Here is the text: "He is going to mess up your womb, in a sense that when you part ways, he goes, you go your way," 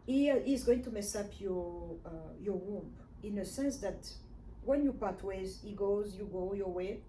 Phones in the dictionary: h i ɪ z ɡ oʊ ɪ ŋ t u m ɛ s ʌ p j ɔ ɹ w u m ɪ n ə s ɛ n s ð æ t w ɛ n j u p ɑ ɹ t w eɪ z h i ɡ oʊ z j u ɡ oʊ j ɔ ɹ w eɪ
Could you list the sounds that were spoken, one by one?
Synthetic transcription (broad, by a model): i ɪ z ɡ oʊ ɪ ŋ t u m ɛ s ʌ p j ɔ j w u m ɪ n ə s ɛ n s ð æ t w ɛ n j u p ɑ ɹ t w eɪ z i ɡ oʊ z j u ɡ oʊ j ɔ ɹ w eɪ